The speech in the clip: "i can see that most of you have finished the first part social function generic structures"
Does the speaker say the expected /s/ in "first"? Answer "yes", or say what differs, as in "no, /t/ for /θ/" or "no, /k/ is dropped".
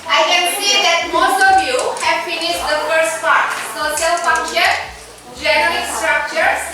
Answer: yes